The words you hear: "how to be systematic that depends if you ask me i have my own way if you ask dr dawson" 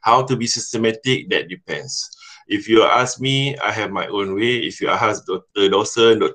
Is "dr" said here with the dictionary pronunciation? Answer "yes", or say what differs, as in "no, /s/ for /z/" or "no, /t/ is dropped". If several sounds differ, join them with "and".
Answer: no, /k/ is dropped